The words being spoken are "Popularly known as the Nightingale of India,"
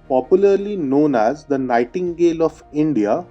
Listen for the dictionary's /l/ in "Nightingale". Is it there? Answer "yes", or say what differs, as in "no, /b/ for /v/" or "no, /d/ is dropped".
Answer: yes